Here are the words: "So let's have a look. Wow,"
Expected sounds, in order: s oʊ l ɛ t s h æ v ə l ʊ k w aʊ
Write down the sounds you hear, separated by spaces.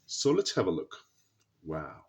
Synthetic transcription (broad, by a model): s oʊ l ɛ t h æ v ə l ʊ k w aʊ